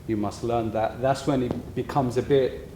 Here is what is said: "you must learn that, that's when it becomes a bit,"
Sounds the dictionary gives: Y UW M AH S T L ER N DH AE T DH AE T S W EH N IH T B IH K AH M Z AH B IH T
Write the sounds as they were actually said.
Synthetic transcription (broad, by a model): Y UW M AH S T L ER N DH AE T DH AE T S W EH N IH T B IH K AH M Z AH B IH T